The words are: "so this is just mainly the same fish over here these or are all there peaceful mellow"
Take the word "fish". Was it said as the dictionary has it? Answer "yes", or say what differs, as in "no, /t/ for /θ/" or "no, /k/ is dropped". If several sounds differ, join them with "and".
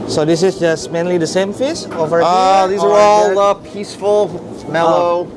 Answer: no, /s/ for /ʃ/